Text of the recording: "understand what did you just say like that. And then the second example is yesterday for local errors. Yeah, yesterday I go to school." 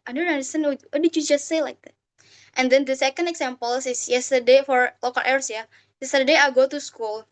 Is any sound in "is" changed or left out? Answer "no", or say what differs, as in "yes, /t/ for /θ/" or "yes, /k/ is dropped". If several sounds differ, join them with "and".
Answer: yes, /s/ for /z/